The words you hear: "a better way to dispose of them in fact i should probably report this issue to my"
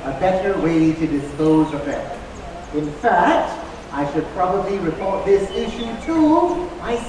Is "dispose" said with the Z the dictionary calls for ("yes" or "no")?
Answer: yes